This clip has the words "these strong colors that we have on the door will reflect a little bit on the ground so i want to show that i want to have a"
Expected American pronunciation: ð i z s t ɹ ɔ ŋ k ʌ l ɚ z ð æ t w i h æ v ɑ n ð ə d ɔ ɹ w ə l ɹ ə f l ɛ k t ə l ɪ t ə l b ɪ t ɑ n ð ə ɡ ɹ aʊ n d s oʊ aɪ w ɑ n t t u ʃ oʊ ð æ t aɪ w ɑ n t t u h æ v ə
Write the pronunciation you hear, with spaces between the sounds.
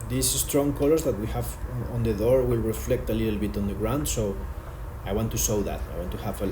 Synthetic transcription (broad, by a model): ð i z s t ɹ ɔ ŋ k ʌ l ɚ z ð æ t w i h æ v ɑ n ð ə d ɔ ɹ w ə l ɹ ə f l ɛ k t ə l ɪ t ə l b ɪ t ɑ n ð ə ɡ ɹ aʊ n d s oʊ aɪ w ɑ n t t u s oʊ ð æ t aɪ w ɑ n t t u h æ v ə